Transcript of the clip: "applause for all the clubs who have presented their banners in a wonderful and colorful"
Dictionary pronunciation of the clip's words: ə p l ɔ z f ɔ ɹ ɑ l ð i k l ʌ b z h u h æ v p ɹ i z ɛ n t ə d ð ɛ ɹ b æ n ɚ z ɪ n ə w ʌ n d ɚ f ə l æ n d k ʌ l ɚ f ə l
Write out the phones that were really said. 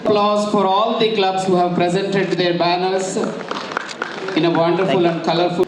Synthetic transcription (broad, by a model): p l ɔ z f ɔ ɹ ɑ l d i k l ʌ b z h u h æ v p ɹ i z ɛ n t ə d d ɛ ɹ b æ n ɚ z ɪ n ə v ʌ n d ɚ f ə l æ n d k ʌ l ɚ f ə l